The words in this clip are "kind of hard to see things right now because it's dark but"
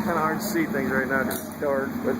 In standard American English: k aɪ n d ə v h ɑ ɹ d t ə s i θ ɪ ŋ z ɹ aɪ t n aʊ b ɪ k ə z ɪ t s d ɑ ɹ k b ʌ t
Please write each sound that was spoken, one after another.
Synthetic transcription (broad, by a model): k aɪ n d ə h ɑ ɹ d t s i θ ɪ ŋ z ɹ aɪ t n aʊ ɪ ə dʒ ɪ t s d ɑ ɹ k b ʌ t